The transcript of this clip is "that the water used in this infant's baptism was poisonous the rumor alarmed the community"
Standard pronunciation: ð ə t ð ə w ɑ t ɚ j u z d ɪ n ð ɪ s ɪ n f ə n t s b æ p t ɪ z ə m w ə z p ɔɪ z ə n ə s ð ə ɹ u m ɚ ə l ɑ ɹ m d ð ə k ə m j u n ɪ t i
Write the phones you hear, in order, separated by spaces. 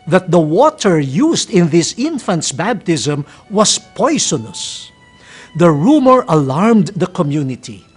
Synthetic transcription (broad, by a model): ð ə t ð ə w ɑ t ɚ j u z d ɪ n ð ɪ s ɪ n f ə n t s b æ b t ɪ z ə m w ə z p ɔɪ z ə n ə s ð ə ɹ u m ɚ ə l ɑ ɹ m d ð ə k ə m j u n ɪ t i